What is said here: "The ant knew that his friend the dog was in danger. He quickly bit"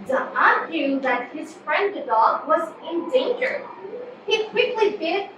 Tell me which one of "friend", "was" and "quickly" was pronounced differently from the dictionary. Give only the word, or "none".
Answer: none